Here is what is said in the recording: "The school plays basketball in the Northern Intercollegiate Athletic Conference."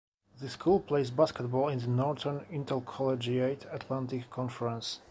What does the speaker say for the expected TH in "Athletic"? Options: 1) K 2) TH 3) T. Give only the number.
3